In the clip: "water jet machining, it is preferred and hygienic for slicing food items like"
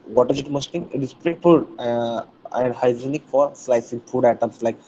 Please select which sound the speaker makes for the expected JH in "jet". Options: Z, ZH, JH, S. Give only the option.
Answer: Z